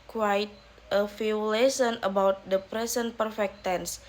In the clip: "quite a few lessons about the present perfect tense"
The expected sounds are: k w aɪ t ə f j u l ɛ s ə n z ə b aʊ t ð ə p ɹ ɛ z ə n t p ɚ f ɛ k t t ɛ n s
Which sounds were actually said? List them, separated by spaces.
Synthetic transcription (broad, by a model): k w aɪ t ə f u l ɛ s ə n ə b aʊ t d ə p ɹ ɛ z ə n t p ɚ f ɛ k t t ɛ n s